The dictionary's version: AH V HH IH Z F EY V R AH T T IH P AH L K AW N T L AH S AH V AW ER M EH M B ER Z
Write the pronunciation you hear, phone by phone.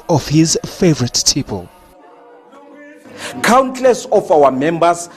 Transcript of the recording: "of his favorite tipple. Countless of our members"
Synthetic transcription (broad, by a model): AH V HH IH Z F EY V R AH T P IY P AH L K AW N T L AH S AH F AW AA M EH M B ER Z